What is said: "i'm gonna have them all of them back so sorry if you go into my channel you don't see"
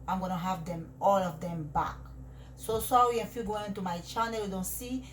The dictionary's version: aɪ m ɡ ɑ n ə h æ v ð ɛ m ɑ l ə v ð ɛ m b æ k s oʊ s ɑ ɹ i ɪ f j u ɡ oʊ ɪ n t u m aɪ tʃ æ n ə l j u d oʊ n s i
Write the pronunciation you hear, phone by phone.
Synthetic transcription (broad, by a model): aɪ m ɡ ɑ n ə h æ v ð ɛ m ɑ l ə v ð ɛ m b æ k s oʊ s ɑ w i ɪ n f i ɡ oʊ ɪ n t u m aɪ tʃ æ n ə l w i d oʊ n s i